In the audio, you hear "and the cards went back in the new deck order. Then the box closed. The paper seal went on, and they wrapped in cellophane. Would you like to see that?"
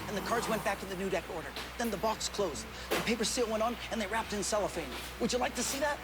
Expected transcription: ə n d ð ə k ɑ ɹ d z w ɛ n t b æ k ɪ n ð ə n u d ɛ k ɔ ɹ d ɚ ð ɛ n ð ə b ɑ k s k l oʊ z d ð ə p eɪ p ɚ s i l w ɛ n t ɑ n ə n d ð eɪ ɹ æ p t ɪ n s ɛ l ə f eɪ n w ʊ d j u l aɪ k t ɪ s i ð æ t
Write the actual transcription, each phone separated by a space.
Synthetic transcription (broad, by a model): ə n ð ə k ɑ ɹ d z w ɛ n b æ k ɪ n ð ə n u d ɛ k ɔ ɹ d ɚ ð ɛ n ð ə b ɑ k s k l oʊ z d ð ə p eɪ p ɚ s i l w ɛ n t n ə n ð eɪ ɹ æ p t ɪ n s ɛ l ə f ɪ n w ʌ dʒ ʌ l aɪ k t ɪ s i ð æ t